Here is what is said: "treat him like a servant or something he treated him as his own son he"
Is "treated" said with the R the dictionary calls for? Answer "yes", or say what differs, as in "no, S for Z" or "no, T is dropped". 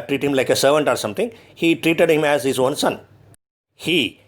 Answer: yes